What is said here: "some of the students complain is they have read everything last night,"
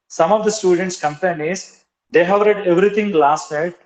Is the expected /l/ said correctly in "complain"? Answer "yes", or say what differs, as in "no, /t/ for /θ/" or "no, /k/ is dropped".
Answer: no, /l/ is dropped